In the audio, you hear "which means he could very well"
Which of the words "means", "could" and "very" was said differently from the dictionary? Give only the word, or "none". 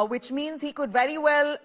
none